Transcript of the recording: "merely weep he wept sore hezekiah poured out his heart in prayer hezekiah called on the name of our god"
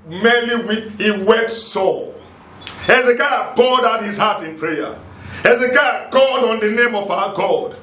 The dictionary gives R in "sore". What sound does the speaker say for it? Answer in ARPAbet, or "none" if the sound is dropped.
L